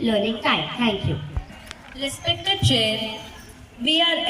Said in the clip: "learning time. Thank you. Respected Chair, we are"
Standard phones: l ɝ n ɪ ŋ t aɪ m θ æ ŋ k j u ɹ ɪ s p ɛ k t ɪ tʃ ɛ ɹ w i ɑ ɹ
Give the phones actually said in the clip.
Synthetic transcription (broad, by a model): l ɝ n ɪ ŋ t aɪ m t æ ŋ k j u l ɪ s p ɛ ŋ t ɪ tʃ ɛ ɹ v i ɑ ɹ